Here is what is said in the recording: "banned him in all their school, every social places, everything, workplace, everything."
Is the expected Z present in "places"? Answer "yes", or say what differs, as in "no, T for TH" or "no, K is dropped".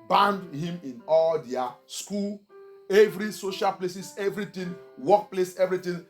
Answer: no, S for Z